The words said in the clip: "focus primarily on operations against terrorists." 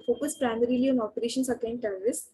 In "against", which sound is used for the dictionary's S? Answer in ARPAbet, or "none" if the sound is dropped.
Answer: none